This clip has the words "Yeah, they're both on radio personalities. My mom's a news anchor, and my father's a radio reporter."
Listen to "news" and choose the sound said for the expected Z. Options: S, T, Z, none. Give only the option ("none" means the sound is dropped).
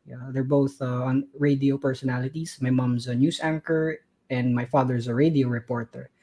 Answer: S